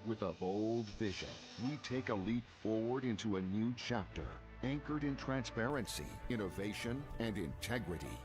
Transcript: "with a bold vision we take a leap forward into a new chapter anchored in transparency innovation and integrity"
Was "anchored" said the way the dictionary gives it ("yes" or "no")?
yes